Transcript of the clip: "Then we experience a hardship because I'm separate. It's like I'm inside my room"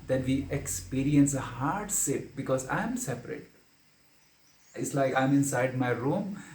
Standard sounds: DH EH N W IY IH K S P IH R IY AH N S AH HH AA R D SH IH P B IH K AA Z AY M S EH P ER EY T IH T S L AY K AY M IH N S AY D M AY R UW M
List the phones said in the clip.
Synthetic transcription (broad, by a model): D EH N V IY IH K S P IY R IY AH N S AH HH AA R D S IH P B IH K AA Z AY M S EH P ER EY T IH T S L AY K AY M IH N S AY D M AY R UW M